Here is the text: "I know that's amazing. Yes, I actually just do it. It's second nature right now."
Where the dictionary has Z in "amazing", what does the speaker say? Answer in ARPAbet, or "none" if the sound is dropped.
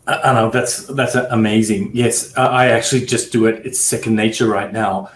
Z